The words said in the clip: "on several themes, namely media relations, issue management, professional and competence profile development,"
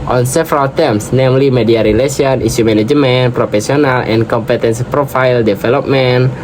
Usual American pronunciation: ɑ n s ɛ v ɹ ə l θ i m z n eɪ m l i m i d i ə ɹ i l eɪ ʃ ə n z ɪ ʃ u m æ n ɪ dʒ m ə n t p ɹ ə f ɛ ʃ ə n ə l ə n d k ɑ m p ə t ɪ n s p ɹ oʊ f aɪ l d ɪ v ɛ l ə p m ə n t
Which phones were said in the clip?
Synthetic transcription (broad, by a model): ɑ n s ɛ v ɹ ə l t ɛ m s n eɪ m l i m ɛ d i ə ɹ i l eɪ s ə n i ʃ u m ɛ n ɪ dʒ m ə n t p ɹ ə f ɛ s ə n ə l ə n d k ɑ m p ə t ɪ n s p ɹ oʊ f aɪ l d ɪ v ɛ l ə p m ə n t